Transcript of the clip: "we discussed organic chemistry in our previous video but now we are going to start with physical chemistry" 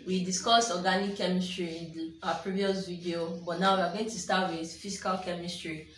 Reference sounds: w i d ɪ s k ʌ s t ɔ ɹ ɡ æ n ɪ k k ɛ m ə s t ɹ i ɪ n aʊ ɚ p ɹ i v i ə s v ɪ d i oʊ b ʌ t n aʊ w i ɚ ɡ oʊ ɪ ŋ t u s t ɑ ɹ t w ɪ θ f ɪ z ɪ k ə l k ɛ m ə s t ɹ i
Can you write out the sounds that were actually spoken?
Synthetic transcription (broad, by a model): w i d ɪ s k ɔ s ɔ ɡ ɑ n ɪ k k ɛ m ə s t ɹ i ɪ n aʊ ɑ p ɹ i v i ə s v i d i oʊ b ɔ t n aʊ w i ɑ ɡ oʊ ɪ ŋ t u s t ɑ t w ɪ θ f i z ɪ k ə l k ɛ m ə s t ɹ i